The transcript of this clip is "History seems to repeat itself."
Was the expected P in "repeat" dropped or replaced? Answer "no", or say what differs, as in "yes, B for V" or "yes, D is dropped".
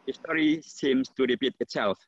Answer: yes, B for P